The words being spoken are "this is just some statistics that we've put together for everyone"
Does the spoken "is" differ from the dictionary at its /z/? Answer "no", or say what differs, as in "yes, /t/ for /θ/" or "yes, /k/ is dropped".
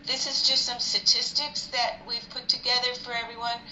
no